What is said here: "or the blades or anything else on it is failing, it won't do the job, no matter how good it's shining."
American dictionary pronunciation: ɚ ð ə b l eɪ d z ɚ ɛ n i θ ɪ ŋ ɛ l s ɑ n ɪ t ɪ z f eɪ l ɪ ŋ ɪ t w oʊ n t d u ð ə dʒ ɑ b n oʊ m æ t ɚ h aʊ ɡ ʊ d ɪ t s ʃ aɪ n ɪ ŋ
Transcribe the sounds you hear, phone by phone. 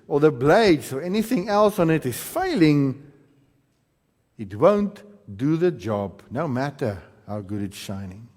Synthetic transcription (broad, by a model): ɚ ð ə b l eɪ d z ɚ ɛ n i θ ɪ ŋ ɛ l s ɑ n ɪ t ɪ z f eɪ l ɪ ŋ ɪ t w oʊ n t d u ð ə dʒ ɑ b n oʊ m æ t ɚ h aʊ ɡ ʊ d ɪ t s ʃ aɪ n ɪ ŋ